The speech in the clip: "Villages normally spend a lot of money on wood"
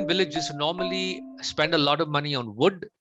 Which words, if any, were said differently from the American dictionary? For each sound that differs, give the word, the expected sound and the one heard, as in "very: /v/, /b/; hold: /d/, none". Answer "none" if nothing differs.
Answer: none